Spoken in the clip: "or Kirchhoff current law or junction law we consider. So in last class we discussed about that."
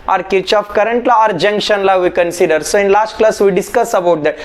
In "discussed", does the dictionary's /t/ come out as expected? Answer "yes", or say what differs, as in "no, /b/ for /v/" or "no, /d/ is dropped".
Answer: no, /t/ is dropped